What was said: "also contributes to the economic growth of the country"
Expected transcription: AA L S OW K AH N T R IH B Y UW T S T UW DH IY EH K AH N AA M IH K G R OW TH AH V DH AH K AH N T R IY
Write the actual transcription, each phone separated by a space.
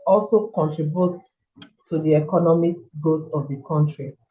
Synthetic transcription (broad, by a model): AA L S OW K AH N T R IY B Y UW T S T UW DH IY EH K AH N AA M IH K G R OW T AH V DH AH K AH N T R IY